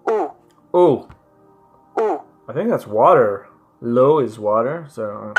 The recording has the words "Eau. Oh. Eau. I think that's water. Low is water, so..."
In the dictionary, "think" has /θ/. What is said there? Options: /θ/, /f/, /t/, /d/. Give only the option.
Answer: /θ/